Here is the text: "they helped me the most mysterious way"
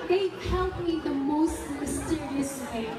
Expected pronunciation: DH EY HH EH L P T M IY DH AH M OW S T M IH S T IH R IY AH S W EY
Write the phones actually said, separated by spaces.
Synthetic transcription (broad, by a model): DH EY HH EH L T M IY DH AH M OW S T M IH S T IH R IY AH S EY